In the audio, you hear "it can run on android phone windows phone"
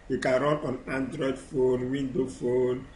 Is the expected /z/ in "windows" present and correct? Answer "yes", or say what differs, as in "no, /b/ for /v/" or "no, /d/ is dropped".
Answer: no, /z/ is dropped